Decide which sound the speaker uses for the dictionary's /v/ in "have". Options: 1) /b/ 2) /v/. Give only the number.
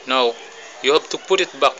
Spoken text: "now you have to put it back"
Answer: 1